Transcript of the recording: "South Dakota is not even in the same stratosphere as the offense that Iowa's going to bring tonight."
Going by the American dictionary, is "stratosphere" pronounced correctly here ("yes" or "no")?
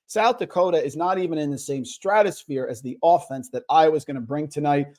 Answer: yes